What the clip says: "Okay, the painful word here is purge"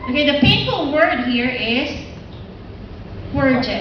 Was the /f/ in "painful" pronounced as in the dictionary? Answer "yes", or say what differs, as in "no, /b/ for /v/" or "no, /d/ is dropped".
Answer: no, /p/ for /f/